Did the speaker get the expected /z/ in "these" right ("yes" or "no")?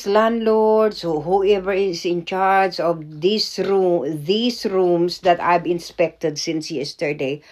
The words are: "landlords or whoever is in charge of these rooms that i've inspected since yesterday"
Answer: no